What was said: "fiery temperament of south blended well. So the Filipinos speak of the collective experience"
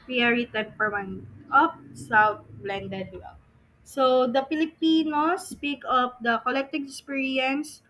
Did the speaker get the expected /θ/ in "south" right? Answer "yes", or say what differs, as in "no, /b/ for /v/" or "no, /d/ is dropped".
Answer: no, /t/ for /θ/